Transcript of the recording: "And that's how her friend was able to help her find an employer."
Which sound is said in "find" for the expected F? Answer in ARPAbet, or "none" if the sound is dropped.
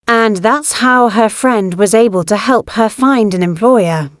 F